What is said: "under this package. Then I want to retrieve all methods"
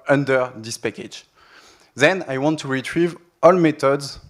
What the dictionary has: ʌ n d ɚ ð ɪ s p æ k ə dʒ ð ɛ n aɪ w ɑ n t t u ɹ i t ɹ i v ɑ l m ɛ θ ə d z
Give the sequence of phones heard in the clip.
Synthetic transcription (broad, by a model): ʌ n d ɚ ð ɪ s p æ k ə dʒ ð ɛ n aɪ w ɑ n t t u ɹ i t ɹ i v ɑ l m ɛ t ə d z